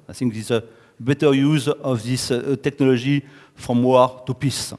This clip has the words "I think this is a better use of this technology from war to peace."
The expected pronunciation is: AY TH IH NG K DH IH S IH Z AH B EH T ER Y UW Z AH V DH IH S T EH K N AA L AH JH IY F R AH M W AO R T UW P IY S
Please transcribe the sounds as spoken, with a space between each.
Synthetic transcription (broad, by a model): AY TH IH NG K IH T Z AH B EH T ER Y UW Z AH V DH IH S T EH K N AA L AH ZH IY F R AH M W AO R T UW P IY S